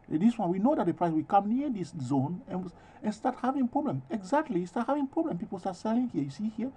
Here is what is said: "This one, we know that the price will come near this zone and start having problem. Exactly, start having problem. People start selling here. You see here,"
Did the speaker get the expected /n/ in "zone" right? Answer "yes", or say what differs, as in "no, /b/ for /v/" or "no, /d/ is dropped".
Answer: yes